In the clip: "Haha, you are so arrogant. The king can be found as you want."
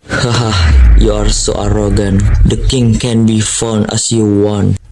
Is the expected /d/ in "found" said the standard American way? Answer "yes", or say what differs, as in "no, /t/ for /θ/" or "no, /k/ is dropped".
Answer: no, /d/ is dropped